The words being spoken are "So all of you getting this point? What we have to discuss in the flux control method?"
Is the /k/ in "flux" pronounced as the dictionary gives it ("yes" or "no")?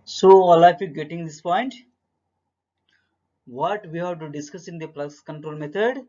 no